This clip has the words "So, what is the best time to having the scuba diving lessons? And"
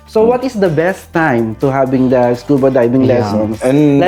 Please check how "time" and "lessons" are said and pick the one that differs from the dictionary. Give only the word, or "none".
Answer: lessons